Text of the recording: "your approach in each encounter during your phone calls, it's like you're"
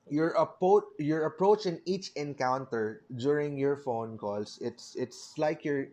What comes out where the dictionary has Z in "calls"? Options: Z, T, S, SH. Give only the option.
S